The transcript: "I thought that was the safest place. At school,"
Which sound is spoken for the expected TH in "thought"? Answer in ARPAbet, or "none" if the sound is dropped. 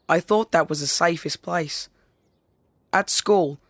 TH